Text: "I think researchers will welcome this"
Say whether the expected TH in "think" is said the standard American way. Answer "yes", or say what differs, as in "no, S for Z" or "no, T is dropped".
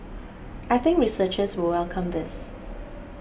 yes